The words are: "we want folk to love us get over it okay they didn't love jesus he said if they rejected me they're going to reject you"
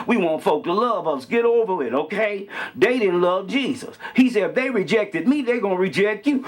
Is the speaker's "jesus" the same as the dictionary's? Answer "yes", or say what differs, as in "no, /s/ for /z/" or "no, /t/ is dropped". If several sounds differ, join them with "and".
yes